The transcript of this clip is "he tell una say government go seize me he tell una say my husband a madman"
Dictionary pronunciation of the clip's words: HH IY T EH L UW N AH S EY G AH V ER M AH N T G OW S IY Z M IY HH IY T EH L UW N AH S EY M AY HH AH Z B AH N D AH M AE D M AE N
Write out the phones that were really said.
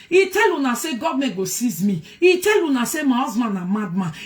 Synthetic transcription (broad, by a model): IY T EH L UW N AH S EY G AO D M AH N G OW S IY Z M IY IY T EH L UW N AH S EY M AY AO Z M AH N AH M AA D M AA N